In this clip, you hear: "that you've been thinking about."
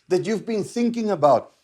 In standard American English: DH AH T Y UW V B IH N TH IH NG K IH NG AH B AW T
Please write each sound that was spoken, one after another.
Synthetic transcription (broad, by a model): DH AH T Y UW V B IH N TH IH NG K IH NG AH B AW T